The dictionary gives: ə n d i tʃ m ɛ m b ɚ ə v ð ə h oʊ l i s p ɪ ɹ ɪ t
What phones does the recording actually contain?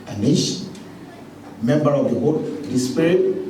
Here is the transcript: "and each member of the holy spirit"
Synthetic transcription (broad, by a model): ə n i ʃ m ɛ m b ɚ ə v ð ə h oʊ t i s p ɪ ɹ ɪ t